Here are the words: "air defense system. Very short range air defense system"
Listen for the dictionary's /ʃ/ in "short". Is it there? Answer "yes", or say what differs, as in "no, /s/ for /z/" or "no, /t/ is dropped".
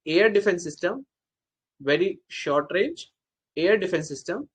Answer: yes